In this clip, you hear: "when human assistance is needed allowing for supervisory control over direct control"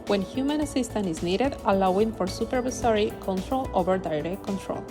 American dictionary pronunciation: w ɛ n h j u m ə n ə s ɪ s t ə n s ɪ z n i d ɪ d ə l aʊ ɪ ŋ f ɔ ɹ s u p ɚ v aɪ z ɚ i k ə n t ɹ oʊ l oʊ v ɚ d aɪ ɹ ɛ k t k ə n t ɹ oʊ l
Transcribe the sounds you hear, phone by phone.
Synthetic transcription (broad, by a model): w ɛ n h j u m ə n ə s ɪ s t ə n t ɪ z n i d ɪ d ə l aʊ ɪ ŋ f ɔ ɹ s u p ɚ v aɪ s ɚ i k ə n t ɹ oʊ l oʊ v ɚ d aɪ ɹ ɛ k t k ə n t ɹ oʊ l